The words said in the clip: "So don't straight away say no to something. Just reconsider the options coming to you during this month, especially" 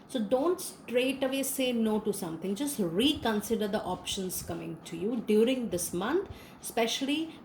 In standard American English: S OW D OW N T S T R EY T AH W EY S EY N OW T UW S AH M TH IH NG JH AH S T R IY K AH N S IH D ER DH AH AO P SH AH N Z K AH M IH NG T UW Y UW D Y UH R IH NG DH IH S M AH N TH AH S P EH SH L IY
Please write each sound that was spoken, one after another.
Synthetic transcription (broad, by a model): S OW D OW N T S T R EY T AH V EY S EY N OW T UW S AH M T IH NG JH AH S T R IY K AH N S IH D ER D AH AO P SH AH N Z K AH M IH NG T UW Y UW D Y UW R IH NG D IH S M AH N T S P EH SH L IY